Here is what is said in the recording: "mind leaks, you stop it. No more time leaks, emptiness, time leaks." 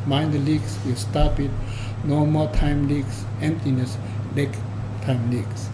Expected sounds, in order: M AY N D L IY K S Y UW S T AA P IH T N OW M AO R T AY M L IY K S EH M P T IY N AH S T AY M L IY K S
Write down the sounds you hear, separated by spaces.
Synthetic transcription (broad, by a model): M AY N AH L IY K S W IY S T AA P IH T N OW M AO L T AY M L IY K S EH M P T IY N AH S T AY M L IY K S